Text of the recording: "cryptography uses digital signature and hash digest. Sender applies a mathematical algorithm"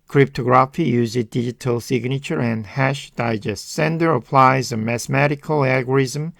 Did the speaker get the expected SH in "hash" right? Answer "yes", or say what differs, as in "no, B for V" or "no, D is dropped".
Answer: yes